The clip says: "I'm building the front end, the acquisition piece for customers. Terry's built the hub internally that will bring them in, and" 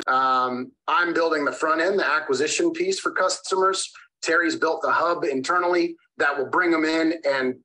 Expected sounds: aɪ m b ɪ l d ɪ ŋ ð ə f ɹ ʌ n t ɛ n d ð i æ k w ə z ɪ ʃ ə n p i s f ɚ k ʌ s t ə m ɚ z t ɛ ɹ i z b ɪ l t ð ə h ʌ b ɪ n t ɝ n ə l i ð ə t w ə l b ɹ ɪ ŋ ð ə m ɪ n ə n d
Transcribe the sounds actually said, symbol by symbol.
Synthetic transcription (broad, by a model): aɪ m b ɪ l d ɪ ŋ ð ə f ɹ ʌ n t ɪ n ð i æ k w ə z ɪ ʃ ə n p i s f ɚ k ʌ s t ə m ɚ z t ɛ ɹ i z b ɪ l t ð ə h ʌ b ɪ n t ɝ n l i ð ə t w ə l b ɹ ɪ ŋ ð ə m ɪ n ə n